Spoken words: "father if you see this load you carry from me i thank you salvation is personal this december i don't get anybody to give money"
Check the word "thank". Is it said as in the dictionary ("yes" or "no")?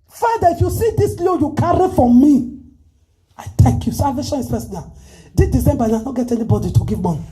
no